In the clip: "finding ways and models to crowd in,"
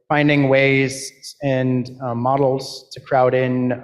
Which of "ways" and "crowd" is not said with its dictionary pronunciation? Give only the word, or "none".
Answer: none